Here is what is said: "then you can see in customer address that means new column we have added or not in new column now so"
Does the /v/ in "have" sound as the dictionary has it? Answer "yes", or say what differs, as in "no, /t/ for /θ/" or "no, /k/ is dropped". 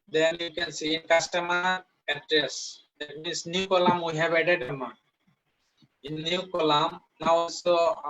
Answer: no, /b/ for /v/